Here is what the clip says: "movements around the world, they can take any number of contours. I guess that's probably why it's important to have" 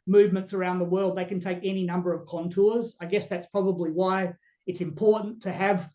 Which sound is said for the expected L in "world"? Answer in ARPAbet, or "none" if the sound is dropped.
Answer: L